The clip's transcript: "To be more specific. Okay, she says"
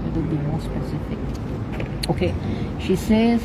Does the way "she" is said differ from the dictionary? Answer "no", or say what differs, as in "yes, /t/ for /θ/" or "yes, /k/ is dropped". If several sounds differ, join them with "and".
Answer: no